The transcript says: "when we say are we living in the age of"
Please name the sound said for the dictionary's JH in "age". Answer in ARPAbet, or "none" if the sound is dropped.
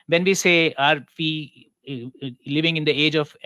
JH